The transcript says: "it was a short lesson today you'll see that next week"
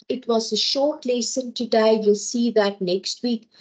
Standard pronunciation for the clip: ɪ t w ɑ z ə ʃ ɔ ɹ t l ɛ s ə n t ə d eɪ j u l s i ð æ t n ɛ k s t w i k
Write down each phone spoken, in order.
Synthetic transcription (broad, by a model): ɪ t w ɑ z ə ʃ ɔ ɹ t l ɛ s ə n t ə d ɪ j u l s i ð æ t n ɛ k s t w i k